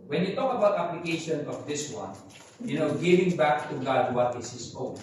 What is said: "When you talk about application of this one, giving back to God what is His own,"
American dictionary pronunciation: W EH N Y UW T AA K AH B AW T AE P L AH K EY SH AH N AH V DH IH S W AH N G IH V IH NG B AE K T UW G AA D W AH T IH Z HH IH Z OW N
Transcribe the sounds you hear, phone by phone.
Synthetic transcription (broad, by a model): W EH N Y UW T AA K AH B AW T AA P L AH K EY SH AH N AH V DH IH S W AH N G IH V IH NG B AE K T UW G AA D W AH T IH S HH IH S OW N